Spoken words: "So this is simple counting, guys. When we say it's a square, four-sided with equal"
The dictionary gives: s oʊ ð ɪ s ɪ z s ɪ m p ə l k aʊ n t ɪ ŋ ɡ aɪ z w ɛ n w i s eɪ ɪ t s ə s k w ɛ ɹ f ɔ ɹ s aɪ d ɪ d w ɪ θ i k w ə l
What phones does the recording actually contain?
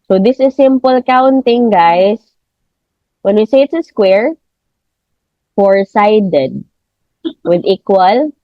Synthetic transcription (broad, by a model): s oʊ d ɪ s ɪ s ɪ m p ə l k aʊ n t ɪ ŋ ɡ aɪ s w ɛ n w i s eɪ ɪ t s ə s k w ɛ ɹ f ɔ ɹ s aɪ d ɪ d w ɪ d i k w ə l